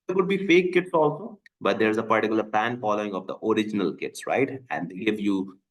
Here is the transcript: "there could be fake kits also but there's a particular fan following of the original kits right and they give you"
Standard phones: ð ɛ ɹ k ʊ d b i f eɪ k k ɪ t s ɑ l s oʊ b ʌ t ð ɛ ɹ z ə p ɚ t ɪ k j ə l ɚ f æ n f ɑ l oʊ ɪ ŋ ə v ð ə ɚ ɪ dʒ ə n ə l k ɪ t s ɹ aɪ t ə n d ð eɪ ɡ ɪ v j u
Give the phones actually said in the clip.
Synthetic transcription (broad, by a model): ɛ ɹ k ʊ d b i f eɪ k k ɪ t s ɑ l s oʊ b ʌ t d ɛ ɹ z ə p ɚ t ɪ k j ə l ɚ p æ n f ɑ l oʊ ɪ ŋ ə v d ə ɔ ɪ dʒ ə n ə l k ɪ t s ɹ aɪ t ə n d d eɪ ɡ ɪ v j u